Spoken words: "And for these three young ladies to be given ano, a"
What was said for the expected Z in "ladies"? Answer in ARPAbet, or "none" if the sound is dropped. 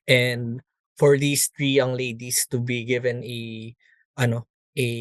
S